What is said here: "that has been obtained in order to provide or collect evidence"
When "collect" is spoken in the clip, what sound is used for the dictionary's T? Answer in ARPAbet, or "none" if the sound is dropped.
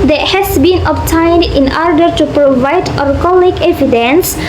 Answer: none